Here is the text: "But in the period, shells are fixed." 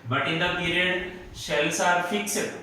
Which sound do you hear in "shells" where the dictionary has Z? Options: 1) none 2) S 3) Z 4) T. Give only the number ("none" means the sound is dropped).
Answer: 2